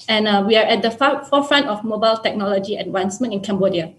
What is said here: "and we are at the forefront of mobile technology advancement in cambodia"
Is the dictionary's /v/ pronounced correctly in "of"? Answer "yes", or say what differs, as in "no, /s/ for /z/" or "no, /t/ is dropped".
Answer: no, /f/ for /v/